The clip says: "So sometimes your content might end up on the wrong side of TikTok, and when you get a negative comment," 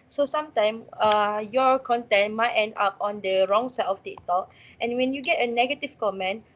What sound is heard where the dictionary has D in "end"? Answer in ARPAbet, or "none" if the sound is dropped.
D